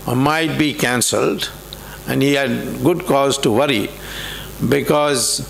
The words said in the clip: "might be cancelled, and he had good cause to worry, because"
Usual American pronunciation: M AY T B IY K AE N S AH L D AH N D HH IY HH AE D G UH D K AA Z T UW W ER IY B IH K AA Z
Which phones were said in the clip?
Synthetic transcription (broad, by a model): M AY T B IY K AE N S AH L D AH N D HH IY HH AE D G UH D K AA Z T UW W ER IY B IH K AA Z